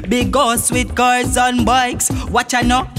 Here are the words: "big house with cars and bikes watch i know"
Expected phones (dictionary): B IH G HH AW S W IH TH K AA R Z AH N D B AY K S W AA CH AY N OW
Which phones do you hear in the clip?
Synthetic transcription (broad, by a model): B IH G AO S W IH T K AA R Z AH N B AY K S W AA CH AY N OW